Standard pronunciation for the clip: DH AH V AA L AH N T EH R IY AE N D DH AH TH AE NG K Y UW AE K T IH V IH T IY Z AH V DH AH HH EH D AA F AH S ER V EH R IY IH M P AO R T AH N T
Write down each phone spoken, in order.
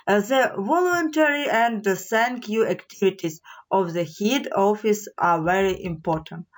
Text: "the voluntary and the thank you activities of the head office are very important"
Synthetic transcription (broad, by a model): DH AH V AA L AH N T EH R IY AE N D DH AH S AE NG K Y UW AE K T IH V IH T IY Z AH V DH AH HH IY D AA F AH S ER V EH R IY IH M P AO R T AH N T